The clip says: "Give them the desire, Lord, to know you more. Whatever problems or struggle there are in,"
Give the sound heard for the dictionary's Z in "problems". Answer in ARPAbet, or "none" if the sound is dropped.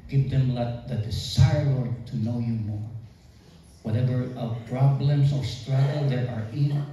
S